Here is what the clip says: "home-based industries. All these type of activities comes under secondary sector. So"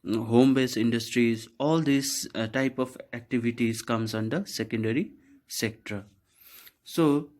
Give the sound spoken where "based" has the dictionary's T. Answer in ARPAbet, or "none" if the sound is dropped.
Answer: none